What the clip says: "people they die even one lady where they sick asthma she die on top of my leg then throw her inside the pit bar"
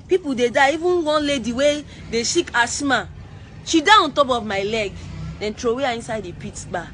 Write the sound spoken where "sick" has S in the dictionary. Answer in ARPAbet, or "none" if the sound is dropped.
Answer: SH